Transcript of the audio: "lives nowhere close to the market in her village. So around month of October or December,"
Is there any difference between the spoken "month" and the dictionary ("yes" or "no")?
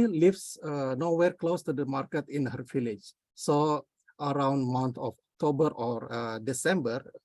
yes